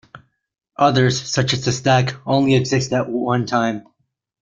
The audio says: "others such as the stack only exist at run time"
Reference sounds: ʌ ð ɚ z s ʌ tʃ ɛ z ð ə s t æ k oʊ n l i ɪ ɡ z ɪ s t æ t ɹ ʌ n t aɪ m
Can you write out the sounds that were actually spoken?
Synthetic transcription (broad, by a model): ʌ ð ɚ z s ʌ tʃ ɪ z ð ə s t æ k oʊ n l i ɪ ɡ z ɪ s t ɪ t w ʌ n t aɪ m